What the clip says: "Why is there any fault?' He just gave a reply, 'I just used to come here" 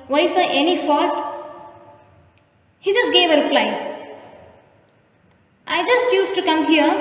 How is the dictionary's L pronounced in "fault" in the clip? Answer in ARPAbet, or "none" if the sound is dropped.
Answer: none